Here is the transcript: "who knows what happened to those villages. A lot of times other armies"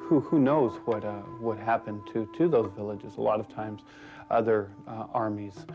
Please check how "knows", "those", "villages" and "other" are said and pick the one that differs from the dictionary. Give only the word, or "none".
none